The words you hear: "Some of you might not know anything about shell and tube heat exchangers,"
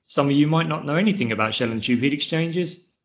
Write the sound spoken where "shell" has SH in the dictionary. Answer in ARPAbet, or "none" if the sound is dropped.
SH